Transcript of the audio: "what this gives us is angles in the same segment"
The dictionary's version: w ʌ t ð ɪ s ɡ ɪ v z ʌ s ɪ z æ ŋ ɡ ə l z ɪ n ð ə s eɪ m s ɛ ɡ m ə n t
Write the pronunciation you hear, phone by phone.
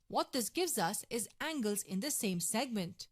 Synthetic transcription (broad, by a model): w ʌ t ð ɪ s ɡ ɪ v z ʌ s ɪ z æ ŋ ɡ ə l z ɪ n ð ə s eɪ m s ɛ ɡ m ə n t